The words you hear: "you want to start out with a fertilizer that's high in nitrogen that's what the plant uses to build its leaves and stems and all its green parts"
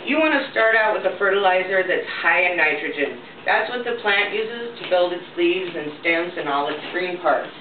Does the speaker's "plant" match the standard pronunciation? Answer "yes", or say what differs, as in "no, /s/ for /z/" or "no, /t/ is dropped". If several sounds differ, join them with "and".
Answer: yes